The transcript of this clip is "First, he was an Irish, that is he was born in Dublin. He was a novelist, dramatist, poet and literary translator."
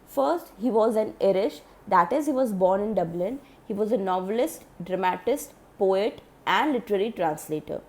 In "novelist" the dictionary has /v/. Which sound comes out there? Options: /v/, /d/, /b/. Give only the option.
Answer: /v/